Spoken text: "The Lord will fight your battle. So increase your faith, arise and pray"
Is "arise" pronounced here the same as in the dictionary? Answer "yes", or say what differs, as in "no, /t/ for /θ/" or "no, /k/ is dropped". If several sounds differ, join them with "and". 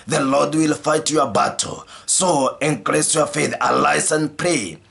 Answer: no, /s/ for /z/